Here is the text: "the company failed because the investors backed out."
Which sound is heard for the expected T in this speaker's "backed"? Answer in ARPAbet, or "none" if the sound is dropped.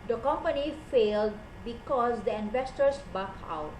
none